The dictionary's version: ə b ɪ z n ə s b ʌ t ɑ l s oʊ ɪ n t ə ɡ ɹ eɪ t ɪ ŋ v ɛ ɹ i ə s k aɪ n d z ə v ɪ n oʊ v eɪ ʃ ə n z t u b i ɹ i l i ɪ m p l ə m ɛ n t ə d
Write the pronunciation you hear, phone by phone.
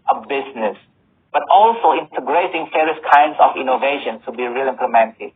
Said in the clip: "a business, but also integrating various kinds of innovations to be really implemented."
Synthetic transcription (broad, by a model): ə b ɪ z n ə s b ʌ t ɑ l s oʊ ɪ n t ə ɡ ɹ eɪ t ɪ ŋ f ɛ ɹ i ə s k aɪ n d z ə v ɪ n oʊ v eɪ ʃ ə n t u b i ɹ i l i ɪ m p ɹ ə m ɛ n t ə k